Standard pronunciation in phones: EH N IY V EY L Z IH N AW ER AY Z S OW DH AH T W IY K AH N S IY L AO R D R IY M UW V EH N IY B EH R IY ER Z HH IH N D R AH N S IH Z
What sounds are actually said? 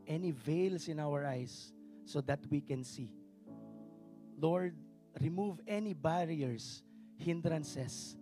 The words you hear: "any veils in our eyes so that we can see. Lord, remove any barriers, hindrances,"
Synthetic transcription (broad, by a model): EH N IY V EY L S IH N AW ER AY S OW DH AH T W IY K AH N S IY L AO R D R IY M UW V EH N IY B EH R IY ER S HH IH N D R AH N S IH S